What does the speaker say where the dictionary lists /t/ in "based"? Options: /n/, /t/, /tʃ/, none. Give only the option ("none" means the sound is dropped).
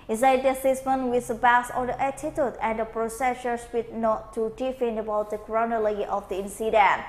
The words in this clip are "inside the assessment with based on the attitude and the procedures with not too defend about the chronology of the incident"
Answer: none